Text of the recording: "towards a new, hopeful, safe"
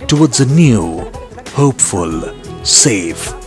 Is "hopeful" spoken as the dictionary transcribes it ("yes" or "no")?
yes